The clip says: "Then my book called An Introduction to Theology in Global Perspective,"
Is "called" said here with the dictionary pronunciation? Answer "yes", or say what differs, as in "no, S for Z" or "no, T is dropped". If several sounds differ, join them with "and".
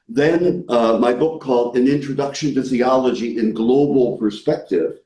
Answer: yes